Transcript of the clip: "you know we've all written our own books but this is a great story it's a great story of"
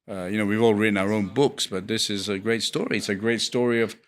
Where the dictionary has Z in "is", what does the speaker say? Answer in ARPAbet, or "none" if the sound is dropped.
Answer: Z